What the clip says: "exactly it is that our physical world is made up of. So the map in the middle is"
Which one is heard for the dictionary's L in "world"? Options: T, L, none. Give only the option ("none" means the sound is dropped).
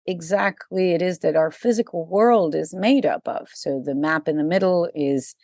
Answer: L